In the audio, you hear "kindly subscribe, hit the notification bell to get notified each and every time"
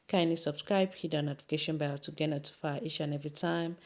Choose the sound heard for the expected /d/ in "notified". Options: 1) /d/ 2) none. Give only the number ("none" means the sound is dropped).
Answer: 2